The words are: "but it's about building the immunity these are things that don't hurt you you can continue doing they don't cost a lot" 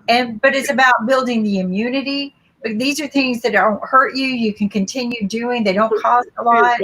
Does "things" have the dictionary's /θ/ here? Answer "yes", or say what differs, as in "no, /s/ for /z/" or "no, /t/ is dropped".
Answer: yes